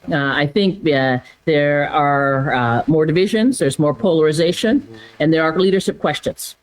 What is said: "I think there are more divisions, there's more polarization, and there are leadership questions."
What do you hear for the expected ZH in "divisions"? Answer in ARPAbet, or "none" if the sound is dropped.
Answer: ZH